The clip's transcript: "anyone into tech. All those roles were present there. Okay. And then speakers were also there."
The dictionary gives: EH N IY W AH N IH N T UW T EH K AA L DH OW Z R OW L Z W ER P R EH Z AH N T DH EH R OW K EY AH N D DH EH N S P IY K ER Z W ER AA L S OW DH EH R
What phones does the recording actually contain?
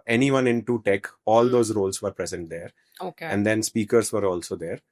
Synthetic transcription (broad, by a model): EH N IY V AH N IH N T UW T EH K AA L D OW Z R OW L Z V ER P R EH Z AH N T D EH R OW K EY AH N D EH N S P IY K ER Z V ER AA L S OW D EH R